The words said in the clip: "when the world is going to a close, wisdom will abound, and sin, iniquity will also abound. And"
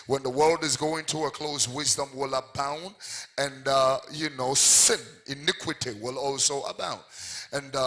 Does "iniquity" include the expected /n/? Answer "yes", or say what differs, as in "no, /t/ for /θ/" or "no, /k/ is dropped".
yes